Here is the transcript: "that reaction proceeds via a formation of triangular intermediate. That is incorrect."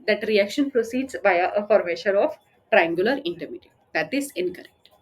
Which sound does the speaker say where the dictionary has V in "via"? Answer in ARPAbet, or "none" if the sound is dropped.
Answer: B